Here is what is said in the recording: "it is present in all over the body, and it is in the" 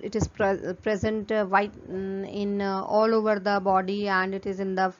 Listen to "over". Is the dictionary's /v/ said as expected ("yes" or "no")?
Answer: yes